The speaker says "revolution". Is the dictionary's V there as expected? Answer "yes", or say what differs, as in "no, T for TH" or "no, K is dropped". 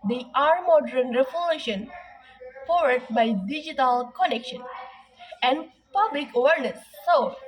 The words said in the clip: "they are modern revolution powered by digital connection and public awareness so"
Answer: no, F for V